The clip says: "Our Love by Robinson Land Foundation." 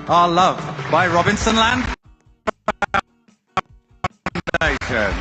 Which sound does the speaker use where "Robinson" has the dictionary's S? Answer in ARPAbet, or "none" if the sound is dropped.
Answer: S